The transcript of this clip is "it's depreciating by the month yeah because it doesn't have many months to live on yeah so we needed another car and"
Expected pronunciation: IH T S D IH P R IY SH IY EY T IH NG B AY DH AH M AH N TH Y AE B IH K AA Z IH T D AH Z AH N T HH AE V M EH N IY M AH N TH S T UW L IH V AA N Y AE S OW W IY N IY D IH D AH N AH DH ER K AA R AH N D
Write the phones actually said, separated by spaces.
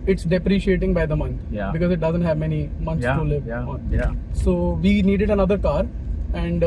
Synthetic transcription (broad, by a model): IH T S D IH P R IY SH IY EY T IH NG B AY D AH M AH N T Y B IH K AA Z IH T D AH Z AH N T HH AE V M EH N IY M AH N S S T UW L IH V AA N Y S OW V IY N IY D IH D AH N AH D ER K AA R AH N D